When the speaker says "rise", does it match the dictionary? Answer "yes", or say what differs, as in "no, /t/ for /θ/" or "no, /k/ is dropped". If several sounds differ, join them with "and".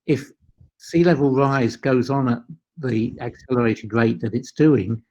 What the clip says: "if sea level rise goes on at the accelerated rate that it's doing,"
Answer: yes